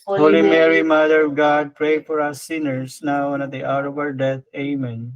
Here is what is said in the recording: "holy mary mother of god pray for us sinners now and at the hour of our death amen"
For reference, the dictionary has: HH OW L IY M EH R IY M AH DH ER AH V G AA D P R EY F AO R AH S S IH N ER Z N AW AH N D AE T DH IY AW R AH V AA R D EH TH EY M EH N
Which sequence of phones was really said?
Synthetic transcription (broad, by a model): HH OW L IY M EH R IY M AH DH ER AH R G AA D P R EY F AO R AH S S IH N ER S N AW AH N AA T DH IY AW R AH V AA R D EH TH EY M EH N